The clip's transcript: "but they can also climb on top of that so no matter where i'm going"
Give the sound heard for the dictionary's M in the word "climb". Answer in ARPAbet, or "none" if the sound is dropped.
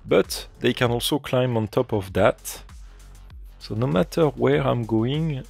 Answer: M